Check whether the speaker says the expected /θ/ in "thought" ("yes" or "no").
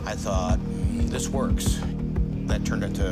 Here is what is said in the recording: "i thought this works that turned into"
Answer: yes